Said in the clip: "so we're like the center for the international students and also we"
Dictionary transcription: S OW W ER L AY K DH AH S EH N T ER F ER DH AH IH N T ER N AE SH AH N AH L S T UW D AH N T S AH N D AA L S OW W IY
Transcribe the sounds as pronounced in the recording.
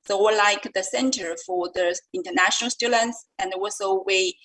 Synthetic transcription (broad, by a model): S OW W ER L AY K DH AH S EH N T ER F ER DH AH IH N T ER N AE SH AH N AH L S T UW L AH N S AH N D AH W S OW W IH